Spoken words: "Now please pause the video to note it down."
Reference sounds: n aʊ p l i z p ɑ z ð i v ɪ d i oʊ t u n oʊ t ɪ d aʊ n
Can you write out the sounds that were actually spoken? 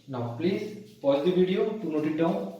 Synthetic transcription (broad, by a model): n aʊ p l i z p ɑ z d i b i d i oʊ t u n oʊ t ɪ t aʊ